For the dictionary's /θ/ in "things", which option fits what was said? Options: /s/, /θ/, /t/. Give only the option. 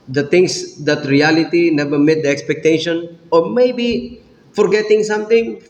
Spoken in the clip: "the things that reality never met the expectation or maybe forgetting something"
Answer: /t/